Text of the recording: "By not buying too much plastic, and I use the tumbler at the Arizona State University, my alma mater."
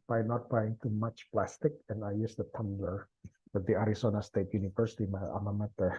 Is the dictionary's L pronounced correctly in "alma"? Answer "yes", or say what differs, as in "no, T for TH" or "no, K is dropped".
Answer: no, L is dropped